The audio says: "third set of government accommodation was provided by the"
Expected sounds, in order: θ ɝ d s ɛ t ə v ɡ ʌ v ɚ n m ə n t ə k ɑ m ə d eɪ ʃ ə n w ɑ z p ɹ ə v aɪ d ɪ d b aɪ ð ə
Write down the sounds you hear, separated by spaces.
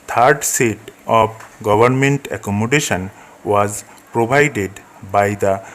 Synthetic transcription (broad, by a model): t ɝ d s ɛ t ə b ɡ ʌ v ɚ n m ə n t ə k ɑ m ə d eɪ ʃ ə n w ɑ z p ɹ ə b aɪ d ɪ d b aɪ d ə